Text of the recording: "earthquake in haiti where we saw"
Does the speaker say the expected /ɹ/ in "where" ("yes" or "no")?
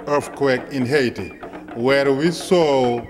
yes